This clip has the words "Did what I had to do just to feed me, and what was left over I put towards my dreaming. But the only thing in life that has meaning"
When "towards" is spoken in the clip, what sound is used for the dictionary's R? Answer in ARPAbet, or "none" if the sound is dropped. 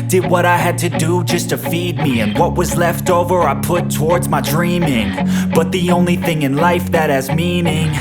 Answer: R